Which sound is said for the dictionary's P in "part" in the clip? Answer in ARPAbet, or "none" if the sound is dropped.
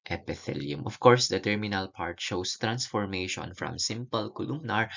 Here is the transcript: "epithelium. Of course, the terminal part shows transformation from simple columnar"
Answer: P